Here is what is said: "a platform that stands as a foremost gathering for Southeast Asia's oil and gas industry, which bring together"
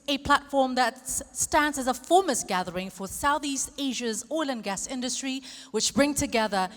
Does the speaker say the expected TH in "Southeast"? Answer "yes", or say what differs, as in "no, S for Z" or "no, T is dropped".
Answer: yes